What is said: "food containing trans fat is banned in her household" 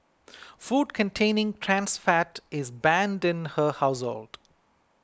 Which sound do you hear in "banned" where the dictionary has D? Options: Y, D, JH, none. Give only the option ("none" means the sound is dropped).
D